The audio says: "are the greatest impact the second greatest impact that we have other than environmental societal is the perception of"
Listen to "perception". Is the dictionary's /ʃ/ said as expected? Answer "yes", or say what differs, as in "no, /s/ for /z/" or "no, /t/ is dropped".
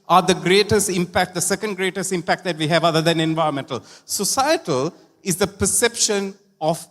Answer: yes